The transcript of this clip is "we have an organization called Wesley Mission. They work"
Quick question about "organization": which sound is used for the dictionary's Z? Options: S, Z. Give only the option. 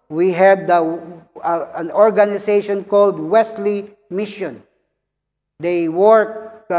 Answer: S